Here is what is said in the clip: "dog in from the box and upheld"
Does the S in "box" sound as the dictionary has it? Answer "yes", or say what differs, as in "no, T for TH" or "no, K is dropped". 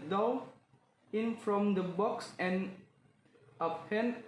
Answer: yes